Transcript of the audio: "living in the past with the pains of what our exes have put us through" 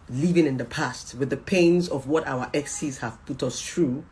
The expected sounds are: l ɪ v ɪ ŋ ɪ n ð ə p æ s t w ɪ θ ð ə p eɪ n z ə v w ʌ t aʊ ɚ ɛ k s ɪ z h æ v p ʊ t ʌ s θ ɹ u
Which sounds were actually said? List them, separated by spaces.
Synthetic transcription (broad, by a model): l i v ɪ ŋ ɪ n ð ə p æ s t w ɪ ð ə p eɪ n z ə v w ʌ t aʊ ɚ ɛ k s ɪ z h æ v p ʊ t ʌ s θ ɹ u